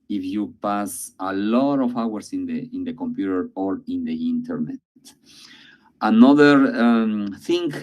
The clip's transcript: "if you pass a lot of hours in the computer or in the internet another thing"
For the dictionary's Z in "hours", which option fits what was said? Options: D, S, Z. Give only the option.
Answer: S